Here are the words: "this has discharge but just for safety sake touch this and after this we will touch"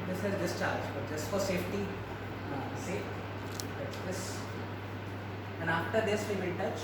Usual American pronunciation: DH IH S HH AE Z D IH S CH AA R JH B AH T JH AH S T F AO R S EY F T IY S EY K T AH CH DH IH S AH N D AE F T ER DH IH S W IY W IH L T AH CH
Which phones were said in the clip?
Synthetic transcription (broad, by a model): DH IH S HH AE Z D IH S CH AA R JH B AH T JH AH S T F AO R S EY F T IY S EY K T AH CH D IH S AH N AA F T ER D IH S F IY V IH N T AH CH